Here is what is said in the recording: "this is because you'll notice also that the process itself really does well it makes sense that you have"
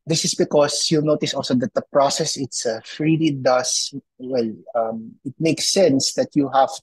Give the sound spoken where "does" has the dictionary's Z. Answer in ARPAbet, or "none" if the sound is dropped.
S